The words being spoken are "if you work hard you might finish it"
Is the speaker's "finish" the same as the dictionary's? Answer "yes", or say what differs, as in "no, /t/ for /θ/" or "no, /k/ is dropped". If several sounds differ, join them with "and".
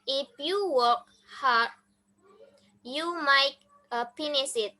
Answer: no, /s/ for /ʃ/